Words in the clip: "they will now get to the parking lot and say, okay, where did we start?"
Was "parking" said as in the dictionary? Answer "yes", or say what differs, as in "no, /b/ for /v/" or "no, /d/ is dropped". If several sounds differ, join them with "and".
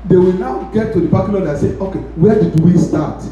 no, /b/ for /p/